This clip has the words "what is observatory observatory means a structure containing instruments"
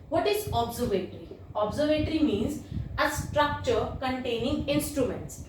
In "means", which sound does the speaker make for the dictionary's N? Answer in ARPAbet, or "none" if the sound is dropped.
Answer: N